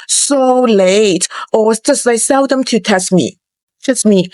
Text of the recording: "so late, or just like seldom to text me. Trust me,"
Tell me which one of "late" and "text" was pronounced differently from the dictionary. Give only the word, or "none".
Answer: text